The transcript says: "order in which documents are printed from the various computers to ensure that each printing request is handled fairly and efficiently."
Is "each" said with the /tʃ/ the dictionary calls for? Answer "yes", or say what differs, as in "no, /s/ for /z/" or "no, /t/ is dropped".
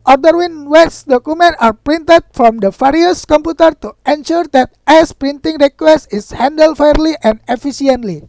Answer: no, /s/ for /tʃ/